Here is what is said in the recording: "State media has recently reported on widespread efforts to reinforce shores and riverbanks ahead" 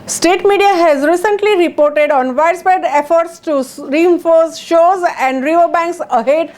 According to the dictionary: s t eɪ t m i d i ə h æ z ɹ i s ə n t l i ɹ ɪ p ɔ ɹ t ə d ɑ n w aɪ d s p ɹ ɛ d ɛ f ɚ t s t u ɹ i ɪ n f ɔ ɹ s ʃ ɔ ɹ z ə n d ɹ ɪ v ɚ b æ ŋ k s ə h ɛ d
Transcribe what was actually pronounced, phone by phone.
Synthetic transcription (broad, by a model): s t eɪ t m i d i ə h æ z ɹ i s ə n t l i ɹ ɪ p ɔ ɹ t ə d ɑ n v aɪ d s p ɛ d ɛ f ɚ t s t u ɹ i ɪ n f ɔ ɹ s ʃ ɔ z ə n d ɹ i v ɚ b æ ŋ k s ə h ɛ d